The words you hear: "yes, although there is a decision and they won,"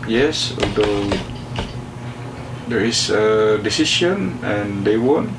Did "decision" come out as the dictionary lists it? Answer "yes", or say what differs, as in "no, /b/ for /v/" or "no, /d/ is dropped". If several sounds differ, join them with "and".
no, /s/ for /ʒ/